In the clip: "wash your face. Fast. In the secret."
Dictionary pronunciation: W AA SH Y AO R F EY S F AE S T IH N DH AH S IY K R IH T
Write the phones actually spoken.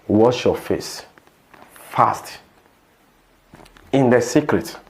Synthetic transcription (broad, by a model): W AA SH Y AO F EY S F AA S T IH N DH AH S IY K R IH T